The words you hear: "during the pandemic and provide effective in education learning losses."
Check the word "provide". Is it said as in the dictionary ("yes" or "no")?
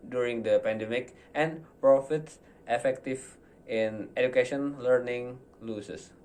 no